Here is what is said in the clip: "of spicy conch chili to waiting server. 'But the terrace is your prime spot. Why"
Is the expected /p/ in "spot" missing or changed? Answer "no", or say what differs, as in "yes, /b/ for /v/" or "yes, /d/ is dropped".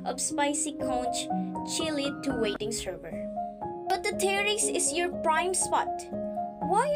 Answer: no